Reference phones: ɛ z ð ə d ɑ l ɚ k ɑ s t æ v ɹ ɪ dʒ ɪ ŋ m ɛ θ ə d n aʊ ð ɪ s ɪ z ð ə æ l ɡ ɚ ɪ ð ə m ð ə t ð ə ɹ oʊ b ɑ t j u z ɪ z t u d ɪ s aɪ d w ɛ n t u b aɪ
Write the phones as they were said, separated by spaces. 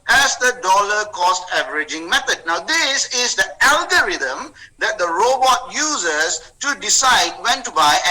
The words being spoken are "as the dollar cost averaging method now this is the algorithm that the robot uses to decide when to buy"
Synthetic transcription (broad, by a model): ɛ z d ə d ɑ l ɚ k ɑ s t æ v ɹ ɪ dʒ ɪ ŋ m ɛ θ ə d n aʊ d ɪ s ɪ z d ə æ l ɡ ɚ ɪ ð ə m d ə t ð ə ɹ oʊ b ɑ t j u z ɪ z t u d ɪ s aɪ d w ɛ n t u b aɪ